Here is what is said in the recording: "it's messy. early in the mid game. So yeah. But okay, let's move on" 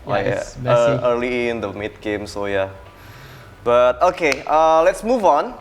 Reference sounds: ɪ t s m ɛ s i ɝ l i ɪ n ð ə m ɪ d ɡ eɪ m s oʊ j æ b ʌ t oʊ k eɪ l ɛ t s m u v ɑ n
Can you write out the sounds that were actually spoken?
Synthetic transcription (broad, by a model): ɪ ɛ i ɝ l i ɪ n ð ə m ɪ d ɡ eɪ m s oʊ j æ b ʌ t oʊ k eɪ l ɛ t s m u v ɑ n